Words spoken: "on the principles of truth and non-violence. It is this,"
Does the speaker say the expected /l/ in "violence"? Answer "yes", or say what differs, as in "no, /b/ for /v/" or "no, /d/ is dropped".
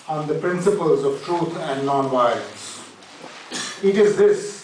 no, /l/ is dropped